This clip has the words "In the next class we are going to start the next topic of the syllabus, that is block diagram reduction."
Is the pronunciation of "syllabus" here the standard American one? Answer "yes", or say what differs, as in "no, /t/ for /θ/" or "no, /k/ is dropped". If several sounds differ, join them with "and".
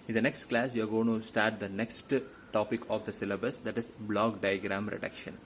yes